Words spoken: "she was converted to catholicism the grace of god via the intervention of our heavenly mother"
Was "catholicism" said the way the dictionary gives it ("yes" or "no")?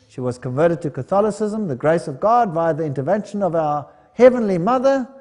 yes